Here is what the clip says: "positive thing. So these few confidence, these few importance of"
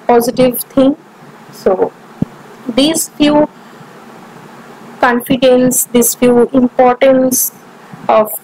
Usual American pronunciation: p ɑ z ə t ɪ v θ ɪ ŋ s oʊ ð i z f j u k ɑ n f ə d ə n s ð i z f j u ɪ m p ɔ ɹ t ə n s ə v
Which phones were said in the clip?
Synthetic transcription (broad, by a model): p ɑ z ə t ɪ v t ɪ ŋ s oʊ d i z f j u k ɑ n f ə d ə n s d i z f j u ɪ m p ɔ ɹ t ə n s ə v